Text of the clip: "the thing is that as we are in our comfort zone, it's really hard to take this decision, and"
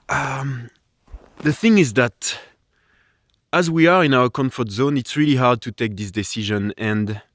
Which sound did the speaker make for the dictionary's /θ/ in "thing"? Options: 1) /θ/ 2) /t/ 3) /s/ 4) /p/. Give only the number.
1